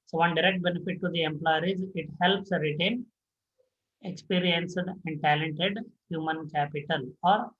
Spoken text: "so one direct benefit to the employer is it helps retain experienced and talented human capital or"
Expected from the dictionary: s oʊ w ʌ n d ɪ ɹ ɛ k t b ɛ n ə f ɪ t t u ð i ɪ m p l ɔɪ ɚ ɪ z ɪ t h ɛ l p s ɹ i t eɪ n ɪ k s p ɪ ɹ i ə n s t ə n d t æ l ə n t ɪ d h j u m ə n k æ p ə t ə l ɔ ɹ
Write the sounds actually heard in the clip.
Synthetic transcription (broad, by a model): s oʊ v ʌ n d ɪ ɹ ɛ k t b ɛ n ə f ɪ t t u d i ɪ m p l ɔɪ ɚ ɪ z ɪ t h ɛ l p s ɹ i t eɪ n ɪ k s p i ɹ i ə n s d ə n d t æ l ə n t ɪ d h j u m ə n k æ p ə t ə l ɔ ɹ